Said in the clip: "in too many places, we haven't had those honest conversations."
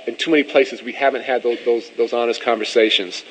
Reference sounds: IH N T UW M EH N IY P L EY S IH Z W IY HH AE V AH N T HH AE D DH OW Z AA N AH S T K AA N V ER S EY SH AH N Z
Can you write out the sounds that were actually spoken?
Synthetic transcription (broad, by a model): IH N T UW M EH N IY P L EY S IH Z W IY HH AE V AH N T HH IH D DH OW Z AA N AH S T K AA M V ER S EY SH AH N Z